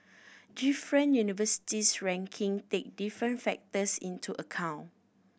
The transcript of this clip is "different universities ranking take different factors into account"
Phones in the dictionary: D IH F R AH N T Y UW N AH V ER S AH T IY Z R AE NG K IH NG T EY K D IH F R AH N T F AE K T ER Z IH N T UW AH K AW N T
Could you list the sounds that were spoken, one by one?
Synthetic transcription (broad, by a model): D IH F R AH N Y UW N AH V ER S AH T IY S R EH NG K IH NG T EY K D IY F R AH N T F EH K T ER S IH N T UW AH K AW N